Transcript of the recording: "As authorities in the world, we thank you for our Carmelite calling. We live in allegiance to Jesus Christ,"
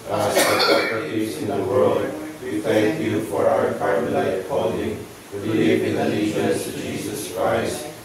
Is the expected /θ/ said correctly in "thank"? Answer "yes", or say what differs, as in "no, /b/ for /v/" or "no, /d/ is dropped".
yes